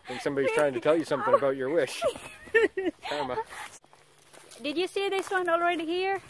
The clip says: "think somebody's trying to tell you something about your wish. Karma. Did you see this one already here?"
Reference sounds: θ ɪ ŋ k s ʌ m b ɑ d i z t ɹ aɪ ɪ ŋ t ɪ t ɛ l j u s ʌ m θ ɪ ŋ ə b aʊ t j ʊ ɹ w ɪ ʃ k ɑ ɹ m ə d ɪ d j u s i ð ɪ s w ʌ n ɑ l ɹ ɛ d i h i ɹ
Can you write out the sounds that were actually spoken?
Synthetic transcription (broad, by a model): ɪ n s ʌ m b ɑ d i z t ɹ aɪ ɪ ŋ t ɪ t ɛ l j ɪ s ʌ m θ ɪ ŋ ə b aʊ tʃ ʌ ɹ w ɪ ʃ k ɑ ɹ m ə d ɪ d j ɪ s i ð ɪ s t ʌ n ɑ l ɹ ɛ d i h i ɹ